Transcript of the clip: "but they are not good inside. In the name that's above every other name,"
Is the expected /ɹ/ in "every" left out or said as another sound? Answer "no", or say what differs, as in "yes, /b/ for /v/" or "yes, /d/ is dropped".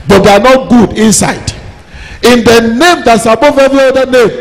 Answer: yes, /ɹ/ is dropped